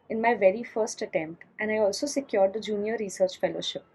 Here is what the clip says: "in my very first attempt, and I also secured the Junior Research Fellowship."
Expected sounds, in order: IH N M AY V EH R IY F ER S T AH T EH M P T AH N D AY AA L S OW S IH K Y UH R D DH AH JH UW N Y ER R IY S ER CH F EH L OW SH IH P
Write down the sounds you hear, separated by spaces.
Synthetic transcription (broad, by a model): IH N M AY V EH R IY F ER S T AH T EH M P T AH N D AY AA L S OW S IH K Y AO R D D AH JH UW N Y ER R IY S ER CH F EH L OW SH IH P